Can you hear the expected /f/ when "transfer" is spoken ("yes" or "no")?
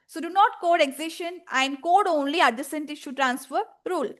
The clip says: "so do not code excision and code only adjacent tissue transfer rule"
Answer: yes